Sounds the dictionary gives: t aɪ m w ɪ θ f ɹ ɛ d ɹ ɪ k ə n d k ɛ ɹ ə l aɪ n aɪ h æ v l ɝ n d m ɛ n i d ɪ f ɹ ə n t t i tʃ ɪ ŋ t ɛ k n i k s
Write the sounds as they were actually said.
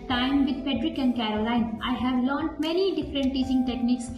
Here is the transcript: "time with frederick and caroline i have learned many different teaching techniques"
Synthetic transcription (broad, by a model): t aɪ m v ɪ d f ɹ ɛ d ɹ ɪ k ə n d k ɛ ɹ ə l aɪ n aɪ h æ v l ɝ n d m ɛ n i d ɪ f ɹ ə n t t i s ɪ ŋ t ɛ k n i k s